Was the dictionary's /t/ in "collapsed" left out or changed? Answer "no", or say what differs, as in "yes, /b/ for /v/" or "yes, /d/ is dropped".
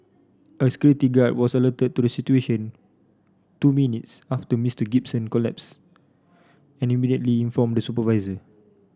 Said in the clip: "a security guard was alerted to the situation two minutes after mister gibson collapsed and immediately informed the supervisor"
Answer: yes, /t/ is dropped